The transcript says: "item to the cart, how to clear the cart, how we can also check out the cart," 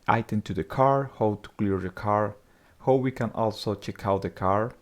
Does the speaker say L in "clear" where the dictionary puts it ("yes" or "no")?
yes